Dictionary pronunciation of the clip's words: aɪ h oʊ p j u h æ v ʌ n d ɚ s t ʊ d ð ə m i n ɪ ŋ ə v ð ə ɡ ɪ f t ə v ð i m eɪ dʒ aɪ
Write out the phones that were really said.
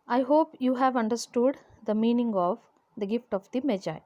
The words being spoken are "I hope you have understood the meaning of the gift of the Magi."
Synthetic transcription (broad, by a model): aɪ h oʊ p j u h æ v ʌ n d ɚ s t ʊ d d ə m i n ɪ ŋ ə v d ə ɡ ɪ f t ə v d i m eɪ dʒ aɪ